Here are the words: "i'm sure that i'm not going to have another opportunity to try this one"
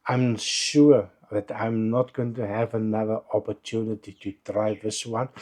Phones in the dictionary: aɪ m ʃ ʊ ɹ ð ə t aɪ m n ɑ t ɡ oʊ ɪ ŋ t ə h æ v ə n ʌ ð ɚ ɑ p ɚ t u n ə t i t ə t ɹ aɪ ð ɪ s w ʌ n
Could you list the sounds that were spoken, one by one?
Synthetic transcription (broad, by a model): aɪ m ʃ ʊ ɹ ð ə t aɪ m n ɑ t ɡ oʊ ɪ ŋ t ə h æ v ə n ʌ ð ɚ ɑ p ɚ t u n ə t i t ə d ɹ aɪ ð ɪ s w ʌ n